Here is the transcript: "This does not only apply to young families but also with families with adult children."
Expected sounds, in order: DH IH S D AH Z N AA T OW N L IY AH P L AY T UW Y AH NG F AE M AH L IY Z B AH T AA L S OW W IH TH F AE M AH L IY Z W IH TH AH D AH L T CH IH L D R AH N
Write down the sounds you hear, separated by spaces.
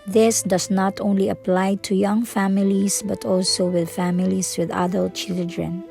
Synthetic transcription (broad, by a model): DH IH S D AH S N AA T OW N L IY AH P L AY T UW Y AH NG F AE M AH L IY S B AH T AA L S OW W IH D F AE M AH L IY S W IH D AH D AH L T CH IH L D R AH N